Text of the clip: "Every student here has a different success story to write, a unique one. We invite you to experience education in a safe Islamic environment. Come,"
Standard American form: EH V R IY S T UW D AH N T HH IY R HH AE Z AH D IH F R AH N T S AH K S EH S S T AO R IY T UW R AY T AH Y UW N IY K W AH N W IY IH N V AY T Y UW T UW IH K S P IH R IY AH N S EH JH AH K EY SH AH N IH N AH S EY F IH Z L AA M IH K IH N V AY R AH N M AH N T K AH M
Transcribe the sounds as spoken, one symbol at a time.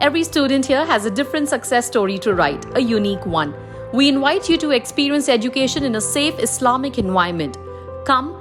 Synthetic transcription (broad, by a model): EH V R IY S T UW D AH N T HH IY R HH AE Z AH D IH F R AH N T S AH K S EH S S T AO R IY T UW R AY T AH Y UW N IY K W AH N W IY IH N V AY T Y UW T UW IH K S P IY R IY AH N S EH JH AH K EY SH AH N IH N AH S EY F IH S L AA M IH K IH N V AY AH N M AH N T K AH M